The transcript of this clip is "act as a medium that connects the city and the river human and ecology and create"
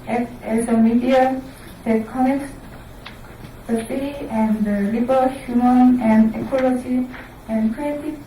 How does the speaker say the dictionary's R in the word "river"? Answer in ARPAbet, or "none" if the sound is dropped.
L